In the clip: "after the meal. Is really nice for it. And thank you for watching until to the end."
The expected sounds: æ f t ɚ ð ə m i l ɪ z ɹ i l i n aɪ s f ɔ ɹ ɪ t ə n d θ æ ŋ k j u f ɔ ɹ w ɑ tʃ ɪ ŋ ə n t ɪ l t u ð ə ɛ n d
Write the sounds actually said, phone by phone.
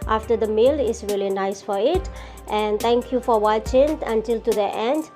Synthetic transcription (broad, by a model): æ f t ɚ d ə m i l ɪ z ɹ i l i n aɪ s f ɔ ɹ ɪ t ə n d t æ ŋ k j u f ɔ ɹ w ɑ tʃ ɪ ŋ ə n t ɪ l t u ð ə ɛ n d